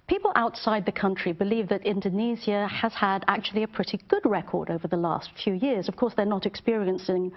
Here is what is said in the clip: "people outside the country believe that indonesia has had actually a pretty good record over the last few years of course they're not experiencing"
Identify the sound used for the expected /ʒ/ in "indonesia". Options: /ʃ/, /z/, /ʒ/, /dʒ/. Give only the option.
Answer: /z/